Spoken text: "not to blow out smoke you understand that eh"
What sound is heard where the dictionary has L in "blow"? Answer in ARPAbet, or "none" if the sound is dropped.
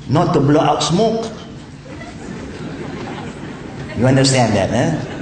L